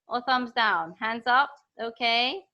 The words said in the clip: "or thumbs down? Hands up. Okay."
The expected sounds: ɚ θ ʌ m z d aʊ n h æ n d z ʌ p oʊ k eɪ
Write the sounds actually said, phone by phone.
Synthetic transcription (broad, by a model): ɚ θ ʌ m z d aʊ n h æ n d z ʌ p oʊ k eɪ